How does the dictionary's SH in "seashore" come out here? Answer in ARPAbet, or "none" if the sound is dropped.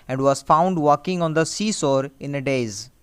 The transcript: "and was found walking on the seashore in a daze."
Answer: S